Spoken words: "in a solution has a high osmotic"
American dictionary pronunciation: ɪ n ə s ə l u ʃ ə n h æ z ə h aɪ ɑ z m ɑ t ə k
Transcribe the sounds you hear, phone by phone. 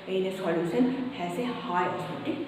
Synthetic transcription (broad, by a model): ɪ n ə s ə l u s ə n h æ s ə h aɪ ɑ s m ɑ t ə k